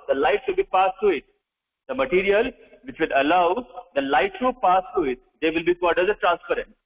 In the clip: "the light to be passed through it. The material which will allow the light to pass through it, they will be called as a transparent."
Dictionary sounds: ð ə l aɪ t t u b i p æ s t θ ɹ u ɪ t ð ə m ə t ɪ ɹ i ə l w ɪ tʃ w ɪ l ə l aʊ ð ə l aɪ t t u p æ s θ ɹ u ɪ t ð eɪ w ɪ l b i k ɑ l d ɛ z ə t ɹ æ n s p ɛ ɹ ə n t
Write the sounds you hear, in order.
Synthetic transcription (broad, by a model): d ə l aɪ t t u b i p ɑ s t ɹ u ɪ t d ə m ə t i ɹ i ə l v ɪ tʃ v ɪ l ə l aʊ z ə l aɪ t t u p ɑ s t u ɪ t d eɪ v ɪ l b i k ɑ d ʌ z ə t ɹ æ n s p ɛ ɹ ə n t